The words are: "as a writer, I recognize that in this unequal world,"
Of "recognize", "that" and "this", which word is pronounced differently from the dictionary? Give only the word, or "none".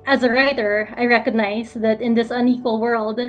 none